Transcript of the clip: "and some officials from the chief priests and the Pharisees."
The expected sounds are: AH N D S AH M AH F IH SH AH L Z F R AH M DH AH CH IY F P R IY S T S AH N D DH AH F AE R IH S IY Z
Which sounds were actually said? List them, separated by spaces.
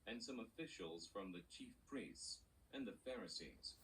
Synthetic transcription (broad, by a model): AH N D S AH M AH F IH SH AH L Z F R AH M DH AH CH IY F P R IY S T S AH N DH AH F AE R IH S IY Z